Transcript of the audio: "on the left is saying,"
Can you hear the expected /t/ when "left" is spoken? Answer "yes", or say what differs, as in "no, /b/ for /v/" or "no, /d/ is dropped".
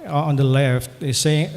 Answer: yes